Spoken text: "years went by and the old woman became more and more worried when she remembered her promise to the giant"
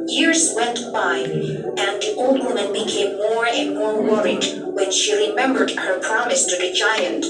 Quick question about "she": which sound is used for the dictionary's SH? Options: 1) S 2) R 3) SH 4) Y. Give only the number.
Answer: 3